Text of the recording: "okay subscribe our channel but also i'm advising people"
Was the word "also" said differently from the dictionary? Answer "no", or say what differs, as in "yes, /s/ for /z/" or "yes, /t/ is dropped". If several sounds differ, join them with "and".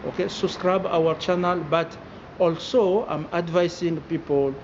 no